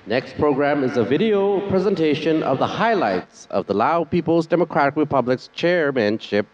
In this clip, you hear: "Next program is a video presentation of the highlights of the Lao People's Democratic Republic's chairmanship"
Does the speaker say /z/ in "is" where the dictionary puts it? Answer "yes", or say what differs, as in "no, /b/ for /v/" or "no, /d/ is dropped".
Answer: yes